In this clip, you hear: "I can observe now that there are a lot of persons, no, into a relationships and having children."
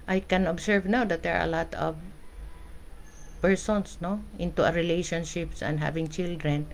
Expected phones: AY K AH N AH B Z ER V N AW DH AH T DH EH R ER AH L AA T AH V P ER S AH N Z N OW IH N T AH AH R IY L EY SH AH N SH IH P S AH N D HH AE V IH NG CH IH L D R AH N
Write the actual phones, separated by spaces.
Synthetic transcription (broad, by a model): AY K AH N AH B S ER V N AW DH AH T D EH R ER AH L AA T AH V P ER S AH N S N OW IH N T AH AH R IY L EY SH AH N SH IH P S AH N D HH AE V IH NG CH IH L D R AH N